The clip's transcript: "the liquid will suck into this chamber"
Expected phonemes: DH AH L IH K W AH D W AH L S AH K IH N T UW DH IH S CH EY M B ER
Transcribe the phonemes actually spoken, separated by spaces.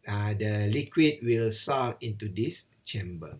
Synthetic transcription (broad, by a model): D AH L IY K W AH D W AH L S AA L IH N T UW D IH S CH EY M B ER